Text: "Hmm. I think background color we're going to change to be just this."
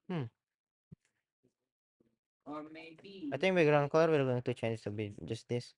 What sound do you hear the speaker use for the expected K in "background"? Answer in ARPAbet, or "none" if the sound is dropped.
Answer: none